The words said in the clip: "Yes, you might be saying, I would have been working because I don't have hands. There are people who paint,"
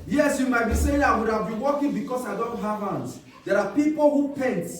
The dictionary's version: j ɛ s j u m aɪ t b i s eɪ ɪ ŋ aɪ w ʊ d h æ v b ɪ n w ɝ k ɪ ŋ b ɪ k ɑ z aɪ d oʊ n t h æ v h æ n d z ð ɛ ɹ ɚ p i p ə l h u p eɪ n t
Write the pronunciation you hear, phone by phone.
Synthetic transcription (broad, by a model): j ɛ s j u m aɪ t b i s eɪ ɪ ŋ aɪ w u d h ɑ v b ɪ n w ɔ k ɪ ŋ b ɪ k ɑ s aɪ d oʊ n t h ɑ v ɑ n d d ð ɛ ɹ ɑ p i p ə l h u p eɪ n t